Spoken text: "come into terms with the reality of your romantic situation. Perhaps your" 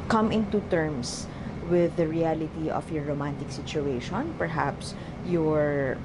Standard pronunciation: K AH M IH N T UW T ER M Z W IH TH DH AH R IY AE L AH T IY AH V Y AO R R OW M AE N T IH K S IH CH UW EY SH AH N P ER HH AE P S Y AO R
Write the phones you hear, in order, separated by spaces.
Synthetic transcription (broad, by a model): K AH M IH N T UW T ER M S W IH DH AH R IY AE L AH T IY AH F Y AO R R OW M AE N T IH K S IH CH UW EY SH AH N P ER HH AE P S Y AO R